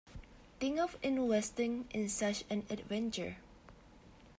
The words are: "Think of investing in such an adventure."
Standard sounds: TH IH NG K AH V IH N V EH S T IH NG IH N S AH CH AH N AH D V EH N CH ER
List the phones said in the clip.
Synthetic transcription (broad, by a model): T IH NG AH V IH N W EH S T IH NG IH N S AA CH AH N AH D V EH N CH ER